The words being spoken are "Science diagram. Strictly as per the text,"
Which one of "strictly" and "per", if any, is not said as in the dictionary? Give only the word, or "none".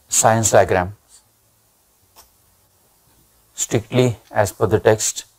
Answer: per